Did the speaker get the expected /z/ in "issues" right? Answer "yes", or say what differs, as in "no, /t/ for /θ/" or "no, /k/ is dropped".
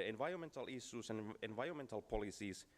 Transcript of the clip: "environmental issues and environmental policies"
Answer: no, /s/ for /z/